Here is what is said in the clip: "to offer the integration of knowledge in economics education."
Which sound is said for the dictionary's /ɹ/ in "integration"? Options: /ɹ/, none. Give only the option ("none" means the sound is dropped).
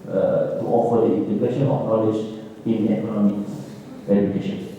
none